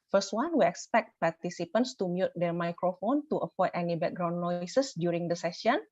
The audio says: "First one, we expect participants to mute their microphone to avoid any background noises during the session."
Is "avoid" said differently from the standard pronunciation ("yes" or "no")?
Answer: yes